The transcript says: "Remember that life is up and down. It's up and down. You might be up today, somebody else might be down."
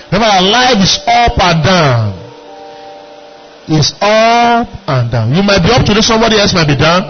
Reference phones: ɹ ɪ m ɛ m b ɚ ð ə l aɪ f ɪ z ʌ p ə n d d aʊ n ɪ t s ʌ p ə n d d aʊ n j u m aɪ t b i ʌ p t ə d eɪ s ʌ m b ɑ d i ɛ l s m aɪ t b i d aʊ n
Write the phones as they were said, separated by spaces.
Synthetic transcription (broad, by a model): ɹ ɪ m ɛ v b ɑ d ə l aɪ f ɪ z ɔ p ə n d d aʊ n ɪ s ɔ p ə n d d aʊ n j u m aɪ t b i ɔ p t ə d eɪ s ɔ m b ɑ d i ɛ l s m aɪ t b i d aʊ n